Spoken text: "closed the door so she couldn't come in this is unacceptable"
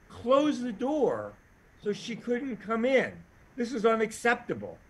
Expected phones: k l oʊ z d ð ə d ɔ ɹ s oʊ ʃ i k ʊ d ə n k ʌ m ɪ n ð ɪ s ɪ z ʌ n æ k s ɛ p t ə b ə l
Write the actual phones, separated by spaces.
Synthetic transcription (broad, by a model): k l oʊ z ð ə d ɔ ɹ s oʊ ʃ i k ʊ d n k ʌ m ɪ n ð ɪ s ɪ z ʌ n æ k s ɛ p t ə b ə l